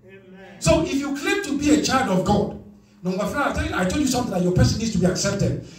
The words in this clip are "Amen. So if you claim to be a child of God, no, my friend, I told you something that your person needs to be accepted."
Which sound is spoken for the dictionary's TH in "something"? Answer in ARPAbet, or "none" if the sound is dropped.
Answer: T